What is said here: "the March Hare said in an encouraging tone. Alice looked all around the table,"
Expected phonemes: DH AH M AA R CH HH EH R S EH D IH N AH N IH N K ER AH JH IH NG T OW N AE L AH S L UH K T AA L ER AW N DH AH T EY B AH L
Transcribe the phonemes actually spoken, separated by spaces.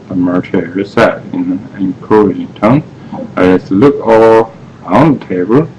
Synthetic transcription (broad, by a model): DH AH M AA R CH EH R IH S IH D AH N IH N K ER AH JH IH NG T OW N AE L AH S L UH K AA L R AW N DH AH T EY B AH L